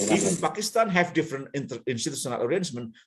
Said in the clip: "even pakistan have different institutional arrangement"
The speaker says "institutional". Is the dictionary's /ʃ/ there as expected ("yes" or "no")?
no